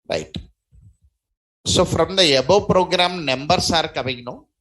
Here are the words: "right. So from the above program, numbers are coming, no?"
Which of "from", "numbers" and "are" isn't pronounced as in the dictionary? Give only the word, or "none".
numbers